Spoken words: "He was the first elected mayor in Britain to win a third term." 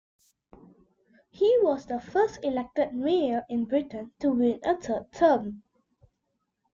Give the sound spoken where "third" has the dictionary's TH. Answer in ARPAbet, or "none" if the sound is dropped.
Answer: T